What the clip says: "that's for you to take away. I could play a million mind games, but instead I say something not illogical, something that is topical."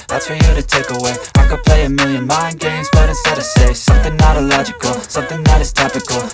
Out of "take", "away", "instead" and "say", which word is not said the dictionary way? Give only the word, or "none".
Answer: instead